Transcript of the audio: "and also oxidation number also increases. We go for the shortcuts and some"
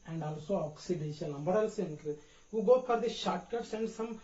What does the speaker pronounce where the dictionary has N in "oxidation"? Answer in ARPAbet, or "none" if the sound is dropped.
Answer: L